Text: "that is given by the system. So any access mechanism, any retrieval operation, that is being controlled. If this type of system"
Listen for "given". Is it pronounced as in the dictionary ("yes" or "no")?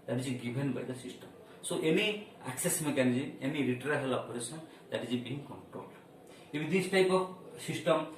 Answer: no